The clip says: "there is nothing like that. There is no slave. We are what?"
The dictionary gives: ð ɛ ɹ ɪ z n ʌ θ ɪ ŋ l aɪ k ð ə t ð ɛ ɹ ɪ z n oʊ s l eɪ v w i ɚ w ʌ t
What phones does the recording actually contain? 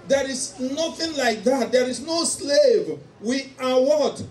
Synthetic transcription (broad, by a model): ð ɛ ɹ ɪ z n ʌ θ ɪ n l aɪ k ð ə t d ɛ ɹ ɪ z n oʊ s l eɪ v w i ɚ w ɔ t